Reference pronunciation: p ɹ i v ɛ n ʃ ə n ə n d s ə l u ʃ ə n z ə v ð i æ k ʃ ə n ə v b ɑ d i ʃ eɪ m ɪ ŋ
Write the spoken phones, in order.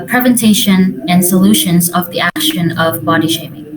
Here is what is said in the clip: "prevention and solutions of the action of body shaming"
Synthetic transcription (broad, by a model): p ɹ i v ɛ n ʃ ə n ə n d s ə l u ʃ ə n z ə v ð i æ k ʃ ə n ə v b ɑ d i ʃ eɪ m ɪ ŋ